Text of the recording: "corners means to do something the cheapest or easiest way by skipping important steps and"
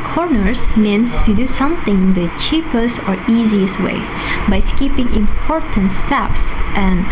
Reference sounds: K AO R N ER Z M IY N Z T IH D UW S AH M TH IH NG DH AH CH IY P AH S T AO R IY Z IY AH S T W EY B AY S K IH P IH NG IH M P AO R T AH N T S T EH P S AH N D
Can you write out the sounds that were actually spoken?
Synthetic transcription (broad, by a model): K AO R N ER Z M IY N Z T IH D UW S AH M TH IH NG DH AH CH IY P AH S T AO R IY Z IY AH S T W EY B AY S K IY P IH NG IH M P AO R T AH N T S T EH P S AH N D